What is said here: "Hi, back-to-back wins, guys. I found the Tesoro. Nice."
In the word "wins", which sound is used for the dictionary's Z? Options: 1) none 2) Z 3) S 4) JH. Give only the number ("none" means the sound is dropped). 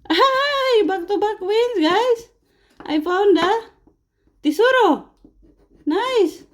3